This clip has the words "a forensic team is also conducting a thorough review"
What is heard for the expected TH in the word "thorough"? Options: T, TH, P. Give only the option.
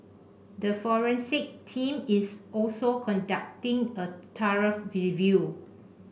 T